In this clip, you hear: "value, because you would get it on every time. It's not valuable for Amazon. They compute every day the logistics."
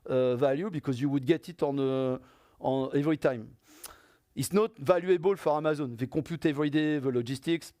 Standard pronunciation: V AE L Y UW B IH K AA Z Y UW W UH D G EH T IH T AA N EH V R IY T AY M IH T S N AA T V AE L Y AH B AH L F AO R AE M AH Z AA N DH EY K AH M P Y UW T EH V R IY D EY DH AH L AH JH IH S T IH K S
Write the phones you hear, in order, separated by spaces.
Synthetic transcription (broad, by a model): V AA L Y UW B IH K AA Z Y UW W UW D G EH T IH T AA N EH V R IY T AY M IH T S N AA T V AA L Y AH B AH L F AO R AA M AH Z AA N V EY K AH P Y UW T EH V R IY D EY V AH L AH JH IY S T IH K S